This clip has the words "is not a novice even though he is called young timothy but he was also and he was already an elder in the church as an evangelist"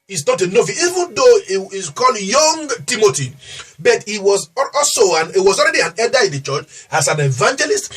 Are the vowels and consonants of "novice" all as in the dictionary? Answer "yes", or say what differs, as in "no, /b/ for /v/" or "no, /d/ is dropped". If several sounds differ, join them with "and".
no, /s/ is dropped